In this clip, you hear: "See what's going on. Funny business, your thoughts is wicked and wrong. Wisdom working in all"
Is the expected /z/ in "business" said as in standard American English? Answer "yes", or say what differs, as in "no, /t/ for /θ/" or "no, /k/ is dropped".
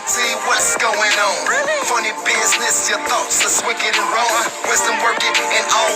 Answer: yes